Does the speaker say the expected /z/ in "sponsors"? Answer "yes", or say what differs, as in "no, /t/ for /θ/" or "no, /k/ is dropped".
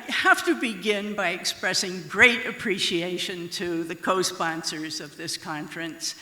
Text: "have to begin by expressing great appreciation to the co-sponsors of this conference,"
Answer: yes